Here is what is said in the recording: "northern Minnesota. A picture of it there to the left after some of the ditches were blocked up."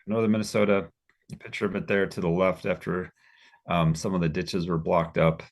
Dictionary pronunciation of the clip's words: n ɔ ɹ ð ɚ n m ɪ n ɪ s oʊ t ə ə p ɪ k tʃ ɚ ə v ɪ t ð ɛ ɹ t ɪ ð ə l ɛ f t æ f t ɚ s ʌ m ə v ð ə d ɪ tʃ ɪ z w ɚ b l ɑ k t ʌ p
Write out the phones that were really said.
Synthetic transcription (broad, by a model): n ɔ ɹ ð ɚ m ɪ n ɪ s oʊ t ə ə p ɪ k tʃ ɚ ə v ɪ t ð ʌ ɹ t ɪ ð ə l ɛ f t æ f t ɚ s ʌ m ə v ð ə d ɪ tʃ ɪ z w ɚ b l ɑ k t ʌ p